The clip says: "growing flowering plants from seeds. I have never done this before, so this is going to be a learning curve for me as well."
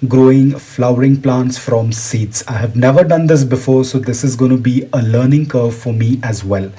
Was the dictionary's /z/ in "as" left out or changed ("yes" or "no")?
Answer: no